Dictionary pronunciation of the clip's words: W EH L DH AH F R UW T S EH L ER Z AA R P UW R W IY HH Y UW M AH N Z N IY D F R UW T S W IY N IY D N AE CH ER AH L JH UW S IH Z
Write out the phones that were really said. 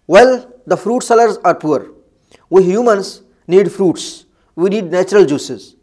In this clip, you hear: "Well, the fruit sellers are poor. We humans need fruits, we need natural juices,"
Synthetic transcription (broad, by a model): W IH L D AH F R UW T S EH L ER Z AA R P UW R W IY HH Y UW M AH N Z N IY D F R UW T S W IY N IY D N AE CH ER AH L JH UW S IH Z